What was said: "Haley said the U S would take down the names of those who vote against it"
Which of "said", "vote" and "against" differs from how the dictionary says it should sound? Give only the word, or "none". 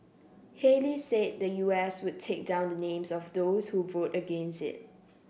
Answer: none